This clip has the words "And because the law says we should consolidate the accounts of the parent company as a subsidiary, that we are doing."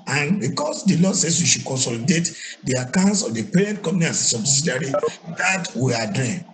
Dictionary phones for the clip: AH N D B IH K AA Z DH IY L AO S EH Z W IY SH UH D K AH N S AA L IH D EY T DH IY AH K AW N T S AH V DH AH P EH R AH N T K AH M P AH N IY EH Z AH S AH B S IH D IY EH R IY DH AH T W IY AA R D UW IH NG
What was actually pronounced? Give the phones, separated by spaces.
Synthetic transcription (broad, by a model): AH N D B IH K AA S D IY L AO S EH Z W IY SH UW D K AH N S AA L IH D EY T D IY AH K AW N T S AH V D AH P EH R AH N T K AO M AH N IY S AH S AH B S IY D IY R IY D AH T W IY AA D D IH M